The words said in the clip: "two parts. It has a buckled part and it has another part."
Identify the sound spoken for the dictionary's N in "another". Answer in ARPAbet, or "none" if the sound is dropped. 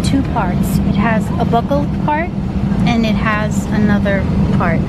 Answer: N